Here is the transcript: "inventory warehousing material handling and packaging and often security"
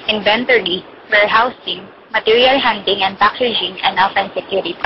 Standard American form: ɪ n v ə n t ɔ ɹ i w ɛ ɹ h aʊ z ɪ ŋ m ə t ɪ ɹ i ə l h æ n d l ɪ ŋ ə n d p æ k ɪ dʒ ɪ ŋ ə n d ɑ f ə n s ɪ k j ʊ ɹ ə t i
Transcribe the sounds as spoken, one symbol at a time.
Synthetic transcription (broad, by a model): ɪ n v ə n t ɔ ɹ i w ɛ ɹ h aʊ s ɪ ŋ m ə t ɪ ɹ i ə l h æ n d ɪ ŋ ə n d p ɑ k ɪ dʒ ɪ ŋ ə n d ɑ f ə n s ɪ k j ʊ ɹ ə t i